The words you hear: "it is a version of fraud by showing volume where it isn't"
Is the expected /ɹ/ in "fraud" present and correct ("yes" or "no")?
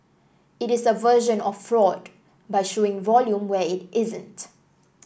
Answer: yes